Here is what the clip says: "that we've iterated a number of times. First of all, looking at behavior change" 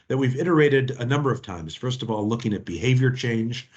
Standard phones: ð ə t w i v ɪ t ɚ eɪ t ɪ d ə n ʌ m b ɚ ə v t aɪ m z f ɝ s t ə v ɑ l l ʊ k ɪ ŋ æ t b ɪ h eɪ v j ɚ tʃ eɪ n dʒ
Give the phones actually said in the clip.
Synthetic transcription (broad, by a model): ð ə t w i v ɪ t ɚ eɪ t ɪ d ə n ʌ m b ɚ ə v t aɪ m z f ɝ s t ə v ɑ l l ʊ k ɪ ŋ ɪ t b ɪ h eɪ v j ɚ tʃ eɪ n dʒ